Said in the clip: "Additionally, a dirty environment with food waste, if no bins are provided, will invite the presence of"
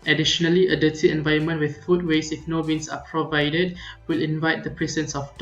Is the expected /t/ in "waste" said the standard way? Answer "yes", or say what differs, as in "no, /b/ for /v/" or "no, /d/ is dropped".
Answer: no, /t/ is dropped